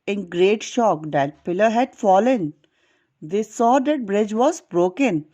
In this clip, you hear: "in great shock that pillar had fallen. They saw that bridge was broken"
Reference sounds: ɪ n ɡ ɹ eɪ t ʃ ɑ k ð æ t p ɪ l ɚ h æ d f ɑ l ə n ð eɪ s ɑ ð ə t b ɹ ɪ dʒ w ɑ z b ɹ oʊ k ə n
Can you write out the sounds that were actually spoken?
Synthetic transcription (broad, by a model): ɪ n ɡ ɹ eɪ t ʃ ɑ k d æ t p ɪ l ɚ h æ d f ɑ l ə n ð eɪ s ɑ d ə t b ɹ ɪ dʒ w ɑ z b ɹ oʊ k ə n